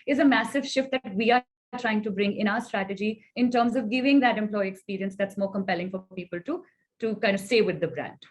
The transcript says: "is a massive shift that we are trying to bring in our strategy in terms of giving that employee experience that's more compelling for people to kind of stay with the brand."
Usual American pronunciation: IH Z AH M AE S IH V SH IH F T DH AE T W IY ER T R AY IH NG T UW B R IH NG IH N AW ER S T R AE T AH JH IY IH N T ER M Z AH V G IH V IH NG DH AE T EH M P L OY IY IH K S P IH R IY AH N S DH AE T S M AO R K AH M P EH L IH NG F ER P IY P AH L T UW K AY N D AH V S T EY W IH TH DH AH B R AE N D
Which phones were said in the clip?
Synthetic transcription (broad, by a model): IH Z AH M AE S IH V SH IH F T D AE T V IY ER T R AY IH NG T UW B R IH NG IH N AW ER S T R AE T AH JH IY IH N T ER M Z AH V G IH V IH NG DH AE T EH M P L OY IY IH K S P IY R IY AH N S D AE T S M AO R K AH M P EH L IH NG F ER P IY P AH L T UW K AY N D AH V S T EY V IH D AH B R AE N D